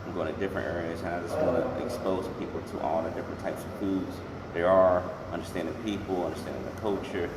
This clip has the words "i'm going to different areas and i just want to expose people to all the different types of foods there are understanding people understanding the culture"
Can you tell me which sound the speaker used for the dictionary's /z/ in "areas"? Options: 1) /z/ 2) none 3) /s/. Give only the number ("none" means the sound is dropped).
1